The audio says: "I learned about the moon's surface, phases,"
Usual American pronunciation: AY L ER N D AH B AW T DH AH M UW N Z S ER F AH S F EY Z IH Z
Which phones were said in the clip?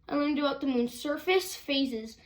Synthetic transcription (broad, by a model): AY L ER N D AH AW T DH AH M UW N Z S ER F AH S F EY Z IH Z